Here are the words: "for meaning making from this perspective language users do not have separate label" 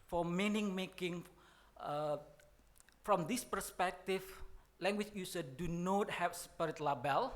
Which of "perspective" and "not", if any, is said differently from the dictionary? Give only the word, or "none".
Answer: perspective